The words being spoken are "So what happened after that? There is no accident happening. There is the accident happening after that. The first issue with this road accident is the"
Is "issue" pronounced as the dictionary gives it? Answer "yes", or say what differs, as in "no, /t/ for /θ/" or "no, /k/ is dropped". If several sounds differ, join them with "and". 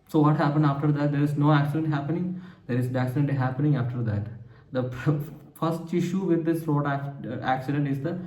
yes